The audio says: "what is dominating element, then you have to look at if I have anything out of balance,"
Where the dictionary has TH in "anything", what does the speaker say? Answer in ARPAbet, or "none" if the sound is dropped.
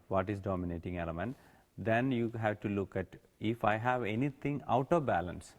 T